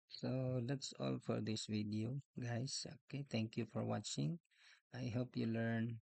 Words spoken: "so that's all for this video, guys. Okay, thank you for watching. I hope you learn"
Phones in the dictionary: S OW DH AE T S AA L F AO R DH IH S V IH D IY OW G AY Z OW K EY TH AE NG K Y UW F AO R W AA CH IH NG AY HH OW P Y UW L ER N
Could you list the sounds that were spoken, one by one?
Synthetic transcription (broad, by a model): S OW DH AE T S AA L F AO R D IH S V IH D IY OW G AY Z OW K EY T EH NG K Y UW F AO R W AA CH IH NG AY HH OW P Y UW L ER N